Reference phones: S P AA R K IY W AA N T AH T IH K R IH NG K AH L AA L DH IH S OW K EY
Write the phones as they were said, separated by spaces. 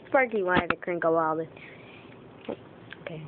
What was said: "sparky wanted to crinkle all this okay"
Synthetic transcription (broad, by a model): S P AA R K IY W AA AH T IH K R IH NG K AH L AA L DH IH OW K EY